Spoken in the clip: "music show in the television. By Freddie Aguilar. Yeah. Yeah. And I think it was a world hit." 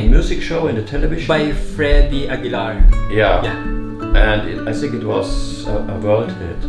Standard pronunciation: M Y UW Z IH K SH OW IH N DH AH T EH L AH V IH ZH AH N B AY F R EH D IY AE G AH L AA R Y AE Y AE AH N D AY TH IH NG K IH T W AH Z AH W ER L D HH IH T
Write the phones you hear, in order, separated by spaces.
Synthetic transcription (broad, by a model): M Y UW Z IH K SH OW IH N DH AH T EH L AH V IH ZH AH B AY F R EH D IY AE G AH L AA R Y AE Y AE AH N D AY TH IH NG K IH T W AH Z AH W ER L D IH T